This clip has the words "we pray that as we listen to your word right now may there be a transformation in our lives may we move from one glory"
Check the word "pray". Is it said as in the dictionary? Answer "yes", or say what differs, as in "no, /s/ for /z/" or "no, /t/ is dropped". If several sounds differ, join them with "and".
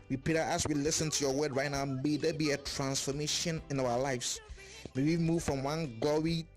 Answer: no, /ɹ/ is dropped